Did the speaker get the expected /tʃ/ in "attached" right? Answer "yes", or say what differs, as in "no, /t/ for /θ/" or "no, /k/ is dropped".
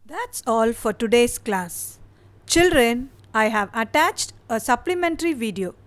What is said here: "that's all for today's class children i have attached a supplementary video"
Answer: yes